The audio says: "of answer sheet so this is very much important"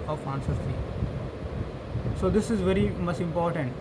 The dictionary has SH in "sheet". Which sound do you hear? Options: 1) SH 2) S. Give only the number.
2